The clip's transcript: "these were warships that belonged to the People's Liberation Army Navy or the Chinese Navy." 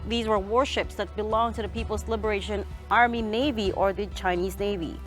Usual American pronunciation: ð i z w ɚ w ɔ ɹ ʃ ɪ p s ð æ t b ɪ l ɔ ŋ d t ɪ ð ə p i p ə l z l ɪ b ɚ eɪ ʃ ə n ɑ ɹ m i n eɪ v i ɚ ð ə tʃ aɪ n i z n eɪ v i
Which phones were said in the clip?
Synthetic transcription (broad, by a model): ð i z w ɚ w ɔ ɹ ʃ ɪ p s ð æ t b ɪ l ɔ ŋ t ɪ ð ə p i p l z l ɪ b ɚ eɪ ʃ ə n ɑ ɹ m i n eɪ v i ɚ ð ə tʃ aɪ n i z n eɪ v i